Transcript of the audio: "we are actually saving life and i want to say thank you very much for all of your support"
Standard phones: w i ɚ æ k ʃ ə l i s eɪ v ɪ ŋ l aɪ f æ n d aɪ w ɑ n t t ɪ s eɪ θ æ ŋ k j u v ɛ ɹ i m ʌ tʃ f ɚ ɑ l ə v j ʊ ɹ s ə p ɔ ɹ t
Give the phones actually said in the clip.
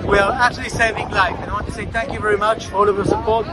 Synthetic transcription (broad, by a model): w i ɚ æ k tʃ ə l i s eɪ v ɪ ŋ l aɪ f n aɪ w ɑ n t t ɪ s eɪ θ æ ŋ k j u v ɛ ɹ i m ʌ tʃ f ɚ ɑ l ə v j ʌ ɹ s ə p ɔ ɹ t